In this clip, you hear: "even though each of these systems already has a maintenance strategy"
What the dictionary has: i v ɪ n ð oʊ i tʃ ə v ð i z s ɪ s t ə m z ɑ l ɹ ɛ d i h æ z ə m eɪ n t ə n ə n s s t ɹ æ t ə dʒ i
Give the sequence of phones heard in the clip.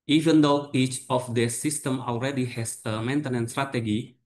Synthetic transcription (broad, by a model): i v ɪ n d oʊ i tʃ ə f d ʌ s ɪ s t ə m ɑ l ɹ ɛ d i h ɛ s ə m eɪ n t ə n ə n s s t ɹ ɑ t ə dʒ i